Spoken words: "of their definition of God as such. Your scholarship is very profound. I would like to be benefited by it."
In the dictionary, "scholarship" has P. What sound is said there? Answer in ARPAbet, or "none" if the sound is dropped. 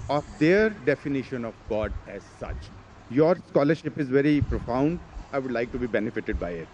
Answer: P